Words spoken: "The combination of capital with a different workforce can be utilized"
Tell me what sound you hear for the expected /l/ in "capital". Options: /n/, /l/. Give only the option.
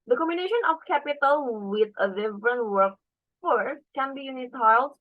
/l/